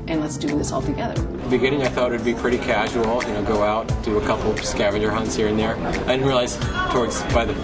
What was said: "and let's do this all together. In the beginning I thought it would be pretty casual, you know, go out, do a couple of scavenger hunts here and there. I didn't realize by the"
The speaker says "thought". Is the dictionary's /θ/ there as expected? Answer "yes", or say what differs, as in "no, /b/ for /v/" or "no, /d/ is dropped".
yes